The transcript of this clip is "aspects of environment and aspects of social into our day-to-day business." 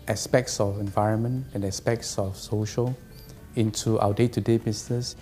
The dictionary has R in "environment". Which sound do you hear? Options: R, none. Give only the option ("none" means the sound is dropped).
R